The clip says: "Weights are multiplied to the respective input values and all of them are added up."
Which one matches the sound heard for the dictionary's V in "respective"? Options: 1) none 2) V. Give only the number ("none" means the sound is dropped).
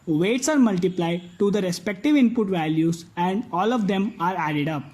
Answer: 2